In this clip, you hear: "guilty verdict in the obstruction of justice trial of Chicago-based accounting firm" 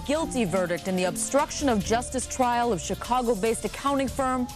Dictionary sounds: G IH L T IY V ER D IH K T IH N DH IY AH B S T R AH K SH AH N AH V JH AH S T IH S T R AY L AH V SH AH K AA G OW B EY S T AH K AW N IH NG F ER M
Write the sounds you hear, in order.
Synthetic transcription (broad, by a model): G IH L T IY V ER D IH K T IH N DH IY AH B S T R AH K SH AH N AH V JH AH S T IH S T R AY L AH V SH AH K AA G OW B EY S T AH K AW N IH NG F ER M